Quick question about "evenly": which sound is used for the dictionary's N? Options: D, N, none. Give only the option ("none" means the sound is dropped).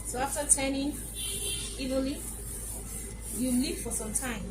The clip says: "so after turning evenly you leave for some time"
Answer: none